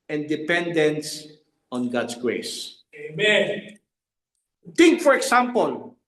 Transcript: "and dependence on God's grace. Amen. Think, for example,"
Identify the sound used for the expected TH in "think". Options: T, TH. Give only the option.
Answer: T